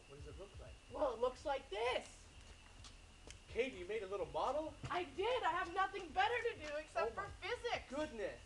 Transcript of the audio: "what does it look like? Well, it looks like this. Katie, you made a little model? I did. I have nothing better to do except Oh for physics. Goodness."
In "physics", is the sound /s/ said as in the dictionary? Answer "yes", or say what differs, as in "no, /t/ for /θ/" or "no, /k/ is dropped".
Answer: no, /s/ is dropped